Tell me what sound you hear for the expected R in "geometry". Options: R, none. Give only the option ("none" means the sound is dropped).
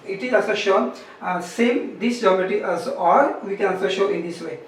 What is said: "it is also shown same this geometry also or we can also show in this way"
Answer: none